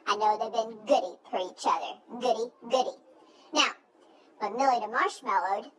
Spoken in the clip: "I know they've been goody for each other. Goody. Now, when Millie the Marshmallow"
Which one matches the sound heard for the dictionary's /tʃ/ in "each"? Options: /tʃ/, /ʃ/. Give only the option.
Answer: /tʃ/